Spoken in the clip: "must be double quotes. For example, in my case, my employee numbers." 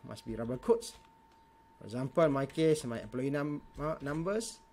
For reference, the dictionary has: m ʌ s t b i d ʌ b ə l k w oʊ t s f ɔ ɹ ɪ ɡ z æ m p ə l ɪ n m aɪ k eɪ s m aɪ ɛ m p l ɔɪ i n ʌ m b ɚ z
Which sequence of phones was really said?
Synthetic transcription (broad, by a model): m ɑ s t b i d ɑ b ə k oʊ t s f ɔ ɹ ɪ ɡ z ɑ m p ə l m aɪ k eɪ s m aɪ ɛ p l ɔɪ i n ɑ m b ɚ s